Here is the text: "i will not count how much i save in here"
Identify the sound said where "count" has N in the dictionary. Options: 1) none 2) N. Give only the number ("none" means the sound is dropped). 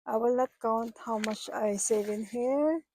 2